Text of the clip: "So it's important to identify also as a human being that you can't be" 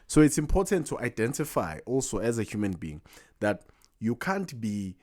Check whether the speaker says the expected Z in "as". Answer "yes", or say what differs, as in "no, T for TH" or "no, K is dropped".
yes